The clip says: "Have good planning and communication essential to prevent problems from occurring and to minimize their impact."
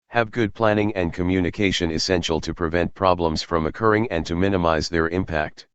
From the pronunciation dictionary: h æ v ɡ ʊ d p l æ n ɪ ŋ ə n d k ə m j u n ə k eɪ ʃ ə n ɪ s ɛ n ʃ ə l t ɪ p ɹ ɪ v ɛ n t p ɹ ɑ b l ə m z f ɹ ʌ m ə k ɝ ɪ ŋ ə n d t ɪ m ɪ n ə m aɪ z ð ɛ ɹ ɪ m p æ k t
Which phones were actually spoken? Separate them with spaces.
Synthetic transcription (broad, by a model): h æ v ɡ ʊ d p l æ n ɪ ŋ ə n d k ə m j u n ə k eɪ ʃ ə n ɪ s ɛ n ʃ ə l t ɪ p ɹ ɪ v ɛ n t p ɹ ɑ b l ə m z f ɹ ʌ m ə k ɝ ɪ ŋ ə n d t ɪ m ɪ n ə m aɪ z ð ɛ ɹ ɪ m p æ k t